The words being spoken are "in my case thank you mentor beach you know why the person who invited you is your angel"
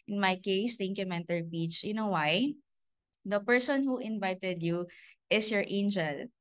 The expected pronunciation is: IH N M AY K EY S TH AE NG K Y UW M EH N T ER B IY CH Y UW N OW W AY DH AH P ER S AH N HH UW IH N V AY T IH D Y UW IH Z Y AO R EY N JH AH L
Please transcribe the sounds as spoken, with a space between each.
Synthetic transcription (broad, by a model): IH N M AY K EY S T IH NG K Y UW M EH N T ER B IY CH Y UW N OW W AY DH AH P ER S AH N HH UW IH N V AY T IH D Y UW IH S Y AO R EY N JH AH L